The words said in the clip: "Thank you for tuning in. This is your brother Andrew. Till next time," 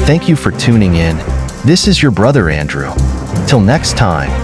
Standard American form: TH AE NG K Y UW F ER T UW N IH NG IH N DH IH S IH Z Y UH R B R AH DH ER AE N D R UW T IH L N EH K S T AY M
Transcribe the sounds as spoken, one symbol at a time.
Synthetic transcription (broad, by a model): TH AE NG K Y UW F ER T UW N IH NG IH N DH IH S IH Z Y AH R B R AH DH ER AE N D R UW T IH L N EH K S T AY M